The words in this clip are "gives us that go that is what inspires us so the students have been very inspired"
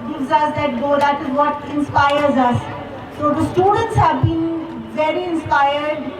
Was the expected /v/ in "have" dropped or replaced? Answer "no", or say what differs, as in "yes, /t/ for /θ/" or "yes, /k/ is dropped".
no